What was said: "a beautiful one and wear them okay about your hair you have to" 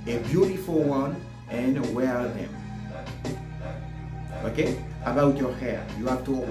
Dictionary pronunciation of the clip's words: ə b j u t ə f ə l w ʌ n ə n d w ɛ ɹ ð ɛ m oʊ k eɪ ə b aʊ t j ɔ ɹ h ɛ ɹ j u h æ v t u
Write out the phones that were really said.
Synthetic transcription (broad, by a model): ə b j u t ə f ə l w ʌ n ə n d w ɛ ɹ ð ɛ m oʊ k eɪ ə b aʊ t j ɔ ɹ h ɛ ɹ j u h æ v t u